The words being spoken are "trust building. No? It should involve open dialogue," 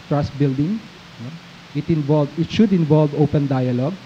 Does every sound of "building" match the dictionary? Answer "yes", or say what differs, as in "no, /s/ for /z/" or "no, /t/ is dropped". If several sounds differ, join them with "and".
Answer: yes